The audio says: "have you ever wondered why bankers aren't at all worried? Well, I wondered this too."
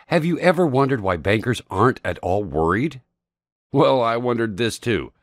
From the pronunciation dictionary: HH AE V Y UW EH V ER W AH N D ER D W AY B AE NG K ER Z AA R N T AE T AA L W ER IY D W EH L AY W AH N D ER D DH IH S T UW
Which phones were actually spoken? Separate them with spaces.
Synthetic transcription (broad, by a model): HH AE V Y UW EH V ER W AH N D ER D W AY B AE NG K ER Z AA R N T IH T AA L W ER IY D W EH L AY W AH N D ER D DH IH S T UW